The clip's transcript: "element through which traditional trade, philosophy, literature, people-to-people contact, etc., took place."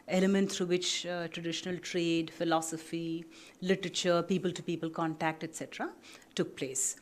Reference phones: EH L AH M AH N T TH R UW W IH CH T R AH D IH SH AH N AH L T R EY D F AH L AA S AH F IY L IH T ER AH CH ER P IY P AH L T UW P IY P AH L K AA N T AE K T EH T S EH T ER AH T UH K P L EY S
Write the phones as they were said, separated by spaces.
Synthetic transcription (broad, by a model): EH L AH M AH N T T R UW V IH CH T R AH D IH SH AH N AH L T R EY D F AH L AA S AH F IY L IH T ER AH CH ER P IY P AH L T UW P IY P AH L K AA N T AE K T EH T S EH T ER AH T UH K P L EY S